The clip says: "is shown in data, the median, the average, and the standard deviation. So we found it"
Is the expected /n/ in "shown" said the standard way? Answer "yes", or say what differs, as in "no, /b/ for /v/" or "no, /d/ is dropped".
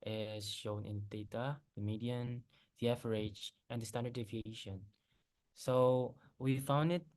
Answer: yes